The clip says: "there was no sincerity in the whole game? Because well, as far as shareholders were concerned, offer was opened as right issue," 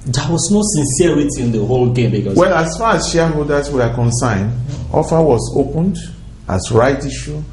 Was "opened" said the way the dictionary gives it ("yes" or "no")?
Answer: yes